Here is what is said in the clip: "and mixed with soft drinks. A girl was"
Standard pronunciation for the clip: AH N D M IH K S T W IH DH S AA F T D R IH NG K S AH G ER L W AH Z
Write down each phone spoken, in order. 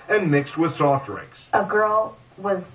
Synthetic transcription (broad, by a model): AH N M IH K S T W IH DH S AA F T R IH K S AH G ER L W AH Z